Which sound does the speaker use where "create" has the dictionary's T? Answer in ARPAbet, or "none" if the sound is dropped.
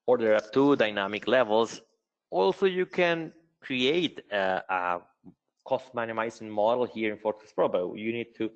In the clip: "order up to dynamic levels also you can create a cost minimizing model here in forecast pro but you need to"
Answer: T